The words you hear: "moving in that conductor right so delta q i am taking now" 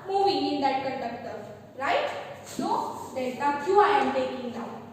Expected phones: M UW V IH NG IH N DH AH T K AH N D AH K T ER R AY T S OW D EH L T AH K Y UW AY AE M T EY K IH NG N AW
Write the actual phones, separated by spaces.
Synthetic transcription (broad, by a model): M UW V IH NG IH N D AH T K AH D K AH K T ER R AY T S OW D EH T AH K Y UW AY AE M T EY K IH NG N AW